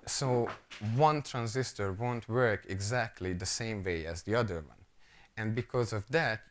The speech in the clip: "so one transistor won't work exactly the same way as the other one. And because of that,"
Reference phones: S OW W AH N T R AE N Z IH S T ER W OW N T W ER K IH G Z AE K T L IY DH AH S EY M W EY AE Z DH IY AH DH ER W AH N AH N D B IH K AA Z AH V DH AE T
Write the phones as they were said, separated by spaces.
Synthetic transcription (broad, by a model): S OW W AH N T R AE N Z IH S T ER W OW N T W ER K IH G Z AE K T L IY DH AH S EY M W EY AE Z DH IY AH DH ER W AH N AH N D B IH K AA Z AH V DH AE T